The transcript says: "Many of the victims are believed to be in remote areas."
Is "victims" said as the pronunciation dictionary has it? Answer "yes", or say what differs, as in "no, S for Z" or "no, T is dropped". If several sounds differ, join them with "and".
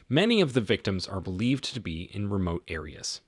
yes